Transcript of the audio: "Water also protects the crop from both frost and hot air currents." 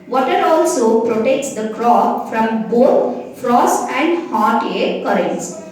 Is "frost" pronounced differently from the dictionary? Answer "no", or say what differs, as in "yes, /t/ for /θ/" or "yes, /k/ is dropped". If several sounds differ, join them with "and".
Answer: no